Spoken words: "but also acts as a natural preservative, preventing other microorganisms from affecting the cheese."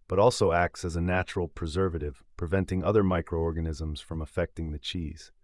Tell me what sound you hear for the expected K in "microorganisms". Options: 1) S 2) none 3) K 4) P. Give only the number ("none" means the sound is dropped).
3